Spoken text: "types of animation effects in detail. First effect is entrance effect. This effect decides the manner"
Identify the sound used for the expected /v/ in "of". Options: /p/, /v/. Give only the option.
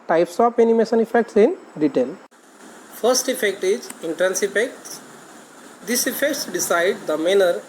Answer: /p/